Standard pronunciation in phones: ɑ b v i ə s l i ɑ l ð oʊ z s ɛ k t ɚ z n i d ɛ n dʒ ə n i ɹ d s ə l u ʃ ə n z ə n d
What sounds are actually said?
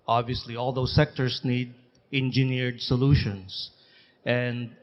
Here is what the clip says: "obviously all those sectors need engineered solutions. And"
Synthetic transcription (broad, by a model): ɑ b v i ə s l i ɑ l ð oʊ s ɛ k t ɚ s n i d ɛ n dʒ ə n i ɹ d s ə l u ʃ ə n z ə n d